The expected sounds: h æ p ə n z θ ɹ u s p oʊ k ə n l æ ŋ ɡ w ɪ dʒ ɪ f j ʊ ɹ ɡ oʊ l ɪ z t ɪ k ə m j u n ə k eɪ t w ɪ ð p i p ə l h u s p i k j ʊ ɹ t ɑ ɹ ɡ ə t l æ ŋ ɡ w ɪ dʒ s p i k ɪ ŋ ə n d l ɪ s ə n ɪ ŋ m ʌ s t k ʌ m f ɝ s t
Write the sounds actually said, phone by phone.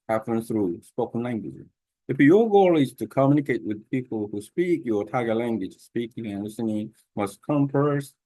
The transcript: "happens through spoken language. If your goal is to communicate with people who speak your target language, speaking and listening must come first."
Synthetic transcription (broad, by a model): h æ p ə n θ ɹ u s p oʊ k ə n l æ ŋ ɡ w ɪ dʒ ɪ f j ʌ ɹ ɡ oʊ l ɪ z t ɪ k ə m j u n ə k eɪ t w ɪ ð p i p l h u s p i k j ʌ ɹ t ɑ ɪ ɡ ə l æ ŋ ɡ w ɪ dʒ s p i k ɪ ŋ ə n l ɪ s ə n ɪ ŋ m ʌ s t k ʌ m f ɝ s t